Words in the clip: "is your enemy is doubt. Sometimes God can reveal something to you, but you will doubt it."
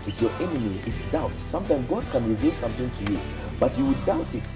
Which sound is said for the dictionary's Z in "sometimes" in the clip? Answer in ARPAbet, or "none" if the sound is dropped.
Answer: none